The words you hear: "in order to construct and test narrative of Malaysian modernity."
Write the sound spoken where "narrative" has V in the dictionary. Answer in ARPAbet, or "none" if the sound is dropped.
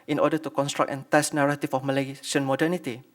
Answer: F